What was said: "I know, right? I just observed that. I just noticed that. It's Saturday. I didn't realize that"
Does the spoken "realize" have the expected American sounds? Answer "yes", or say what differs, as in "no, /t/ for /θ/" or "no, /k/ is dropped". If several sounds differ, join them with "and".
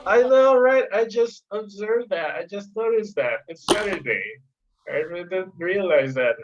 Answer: yes